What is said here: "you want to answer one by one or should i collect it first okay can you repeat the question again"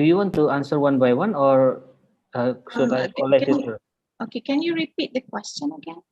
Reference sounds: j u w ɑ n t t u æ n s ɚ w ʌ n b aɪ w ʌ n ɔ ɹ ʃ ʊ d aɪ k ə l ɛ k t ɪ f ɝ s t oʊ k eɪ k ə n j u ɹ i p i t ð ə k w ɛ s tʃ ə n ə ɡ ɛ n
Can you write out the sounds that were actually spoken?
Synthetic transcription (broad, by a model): j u w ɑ n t t u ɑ n s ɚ w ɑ n b aɪ w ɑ n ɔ ɹ s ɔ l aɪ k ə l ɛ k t ɪ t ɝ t oʊ k eɪ k ə n j u ɹ i p i t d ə k w ɛ s tʃ ə n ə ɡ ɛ n